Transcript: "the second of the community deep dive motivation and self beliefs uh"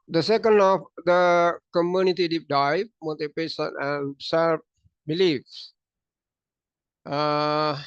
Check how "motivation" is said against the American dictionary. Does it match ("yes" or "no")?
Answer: no